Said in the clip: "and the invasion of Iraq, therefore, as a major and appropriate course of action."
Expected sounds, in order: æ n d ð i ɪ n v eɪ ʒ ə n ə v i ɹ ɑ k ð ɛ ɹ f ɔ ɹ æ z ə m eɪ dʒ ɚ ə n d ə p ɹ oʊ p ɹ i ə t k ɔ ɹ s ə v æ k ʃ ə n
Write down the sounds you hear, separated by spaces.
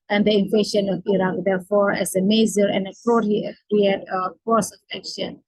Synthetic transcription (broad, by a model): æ n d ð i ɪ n f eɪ ʃ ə n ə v i ɹ ɑ k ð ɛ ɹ f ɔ ɹ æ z ə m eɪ z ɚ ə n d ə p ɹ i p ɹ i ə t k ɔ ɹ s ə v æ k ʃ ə n